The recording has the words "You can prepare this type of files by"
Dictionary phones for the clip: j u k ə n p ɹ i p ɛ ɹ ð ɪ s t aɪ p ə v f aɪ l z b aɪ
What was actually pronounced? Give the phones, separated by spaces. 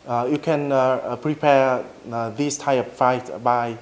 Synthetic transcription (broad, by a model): j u k ə n p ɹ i p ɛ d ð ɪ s t aɪ ə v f aɪ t b aɪ